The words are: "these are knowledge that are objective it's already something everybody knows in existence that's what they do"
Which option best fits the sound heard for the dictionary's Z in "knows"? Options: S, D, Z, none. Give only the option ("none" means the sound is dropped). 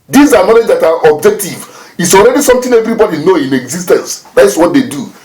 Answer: none